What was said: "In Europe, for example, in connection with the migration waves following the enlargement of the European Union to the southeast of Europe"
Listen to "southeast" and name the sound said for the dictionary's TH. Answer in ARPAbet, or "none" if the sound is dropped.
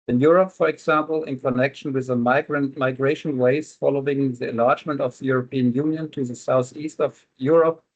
TH